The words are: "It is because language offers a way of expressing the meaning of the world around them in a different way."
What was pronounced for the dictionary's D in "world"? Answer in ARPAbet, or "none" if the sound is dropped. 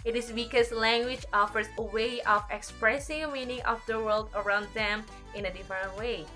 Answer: D